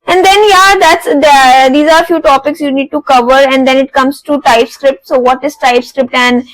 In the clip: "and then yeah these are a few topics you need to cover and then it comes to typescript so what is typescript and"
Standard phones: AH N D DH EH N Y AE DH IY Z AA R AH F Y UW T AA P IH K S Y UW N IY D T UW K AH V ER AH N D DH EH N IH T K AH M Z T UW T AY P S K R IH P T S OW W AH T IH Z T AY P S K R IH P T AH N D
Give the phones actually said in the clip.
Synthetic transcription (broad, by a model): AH N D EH N Y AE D IY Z AA R F Y UW T AA P IH K S Y UW N IY D T UW K AH V ER AH N D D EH N IH T K AH M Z T UW T AY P S K R IH P T S OW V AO T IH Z T AY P S K R IH P T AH N D